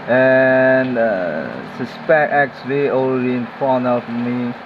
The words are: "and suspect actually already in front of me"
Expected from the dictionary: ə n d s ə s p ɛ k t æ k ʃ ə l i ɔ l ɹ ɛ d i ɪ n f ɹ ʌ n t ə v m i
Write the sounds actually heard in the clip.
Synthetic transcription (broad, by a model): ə n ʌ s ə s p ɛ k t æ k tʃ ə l i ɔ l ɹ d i ɪ n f ɔ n ə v m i